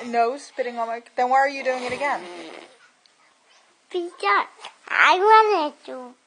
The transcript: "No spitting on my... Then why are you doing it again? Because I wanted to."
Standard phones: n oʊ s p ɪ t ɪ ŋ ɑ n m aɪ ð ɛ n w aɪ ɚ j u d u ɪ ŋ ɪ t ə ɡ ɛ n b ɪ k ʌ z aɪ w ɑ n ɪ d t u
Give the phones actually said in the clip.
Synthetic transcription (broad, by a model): n oʊ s p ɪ t ɪ ŋ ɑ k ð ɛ n w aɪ ɚ j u d u ɪ ŋ ɪ t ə ɡ ɛ n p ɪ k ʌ aɪ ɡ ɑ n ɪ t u